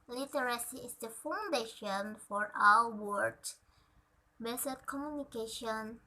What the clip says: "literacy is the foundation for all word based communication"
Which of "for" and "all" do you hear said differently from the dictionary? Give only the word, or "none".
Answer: all